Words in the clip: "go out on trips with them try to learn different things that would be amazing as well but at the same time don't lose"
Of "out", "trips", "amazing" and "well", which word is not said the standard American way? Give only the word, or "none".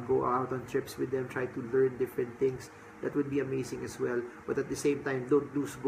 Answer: amazing